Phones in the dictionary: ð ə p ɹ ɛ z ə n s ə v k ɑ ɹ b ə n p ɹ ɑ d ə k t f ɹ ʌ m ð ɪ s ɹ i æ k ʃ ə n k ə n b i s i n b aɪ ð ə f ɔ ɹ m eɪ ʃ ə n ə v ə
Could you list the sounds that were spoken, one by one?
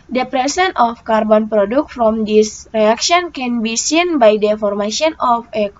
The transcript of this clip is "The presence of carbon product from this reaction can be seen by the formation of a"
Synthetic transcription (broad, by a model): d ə p ɹ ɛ s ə n ə f k ɑ ɹ b ə n p ɹ ɑ d ə k t f ɹ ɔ m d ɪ s ɹ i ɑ k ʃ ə n k ə n b i s i n b aɪ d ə f ɔ ɹ m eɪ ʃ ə n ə f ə